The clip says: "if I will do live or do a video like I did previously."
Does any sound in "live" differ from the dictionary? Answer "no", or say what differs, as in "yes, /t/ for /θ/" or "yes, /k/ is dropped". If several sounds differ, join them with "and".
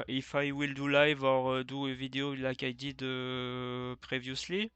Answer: no